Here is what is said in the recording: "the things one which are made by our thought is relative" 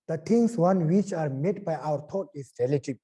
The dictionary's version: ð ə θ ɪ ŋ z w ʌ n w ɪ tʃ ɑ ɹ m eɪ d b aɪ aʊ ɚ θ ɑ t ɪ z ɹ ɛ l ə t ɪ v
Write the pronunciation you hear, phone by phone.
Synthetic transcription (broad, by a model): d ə t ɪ ŋ s w ʌ n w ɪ tʃ ɑ ɹ m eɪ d b aɪ aʊ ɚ t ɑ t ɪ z ɹ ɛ l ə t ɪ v